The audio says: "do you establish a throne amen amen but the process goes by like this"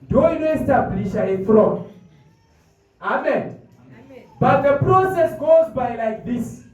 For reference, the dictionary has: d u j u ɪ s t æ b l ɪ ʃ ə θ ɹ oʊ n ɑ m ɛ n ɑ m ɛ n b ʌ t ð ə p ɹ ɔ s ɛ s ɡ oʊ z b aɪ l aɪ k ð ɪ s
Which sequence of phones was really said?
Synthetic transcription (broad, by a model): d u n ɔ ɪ s t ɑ b l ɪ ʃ ə f ɹ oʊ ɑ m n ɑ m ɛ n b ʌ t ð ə p ɹ ɔ s ɛ s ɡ oʊ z b aɪ l aɪ k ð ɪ s